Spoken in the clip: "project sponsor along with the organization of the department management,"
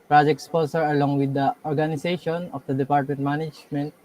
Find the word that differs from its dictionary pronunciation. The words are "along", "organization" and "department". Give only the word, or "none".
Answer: organization